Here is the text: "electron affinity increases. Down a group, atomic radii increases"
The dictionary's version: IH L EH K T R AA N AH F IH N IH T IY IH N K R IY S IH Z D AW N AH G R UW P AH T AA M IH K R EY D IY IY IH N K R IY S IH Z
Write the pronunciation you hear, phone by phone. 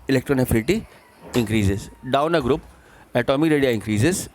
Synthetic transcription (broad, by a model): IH L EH K T R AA N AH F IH L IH T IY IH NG K R IY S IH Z D AW N AH G R UW P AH T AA M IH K R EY D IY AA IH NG K R IY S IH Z